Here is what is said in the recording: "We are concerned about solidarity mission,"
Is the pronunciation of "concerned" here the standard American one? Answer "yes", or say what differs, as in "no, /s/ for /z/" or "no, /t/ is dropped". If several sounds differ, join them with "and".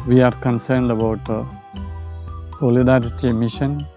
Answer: yes